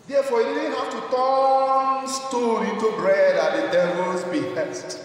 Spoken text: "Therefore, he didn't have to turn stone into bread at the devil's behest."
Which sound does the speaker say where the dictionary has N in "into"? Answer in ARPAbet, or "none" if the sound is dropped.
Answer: none